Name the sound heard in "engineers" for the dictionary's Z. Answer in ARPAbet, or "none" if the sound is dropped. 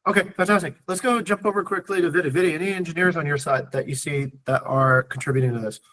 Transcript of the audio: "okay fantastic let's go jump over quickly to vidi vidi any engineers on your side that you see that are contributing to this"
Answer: Z